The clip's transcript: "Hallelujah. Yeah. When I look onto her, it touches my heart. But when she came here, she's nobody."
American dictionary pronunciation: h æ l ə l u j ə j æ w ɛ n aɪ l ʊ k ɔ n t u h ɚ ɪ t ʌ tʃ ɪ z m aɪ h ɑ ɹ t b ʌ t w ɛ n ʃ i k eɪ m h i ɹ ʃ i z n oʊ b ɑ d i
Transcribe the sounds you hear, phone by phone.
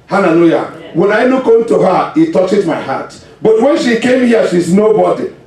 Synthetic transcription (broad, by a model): h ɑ l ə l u j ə w ɛ n aɪ n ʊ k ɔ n t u h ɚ ɪ t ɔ tʃ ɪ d m aɪ h ɑ t b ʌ t w ɛ n ʃ i k eɪ m h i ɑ ʃ i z n oʊ b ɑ d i